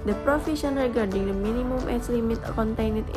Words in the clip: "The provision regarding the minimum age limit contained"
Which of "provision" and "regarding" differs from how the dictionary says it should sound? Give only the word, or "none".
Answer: provision